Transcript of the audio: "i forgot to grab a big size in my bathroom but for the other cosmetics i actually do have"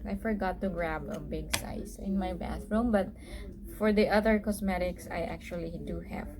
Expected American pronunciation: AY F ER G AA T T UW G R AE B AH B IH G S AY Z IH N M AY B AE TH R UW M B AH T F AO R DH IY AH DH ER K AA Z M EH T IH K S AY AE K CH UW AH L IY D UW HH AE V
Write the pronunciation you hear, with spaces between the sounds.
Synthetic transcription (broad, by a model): AY F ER G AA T T UW G R AE B AH B IH G S AY S IH N M AY B AE TH R UW M B AH T F AO R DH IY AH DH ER K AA S M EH T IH K S AY AE K CH UW AH L IY D UW HH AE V